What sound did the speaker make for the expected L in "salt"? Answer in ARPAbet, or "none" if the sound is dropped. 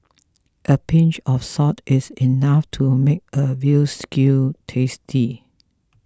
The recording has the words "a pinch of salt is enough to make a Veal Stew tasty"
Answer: none